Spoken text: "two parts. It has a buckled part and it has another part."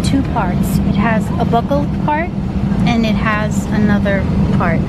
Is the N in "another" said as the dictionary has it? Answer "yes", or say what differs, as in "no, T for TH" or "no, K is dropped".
yes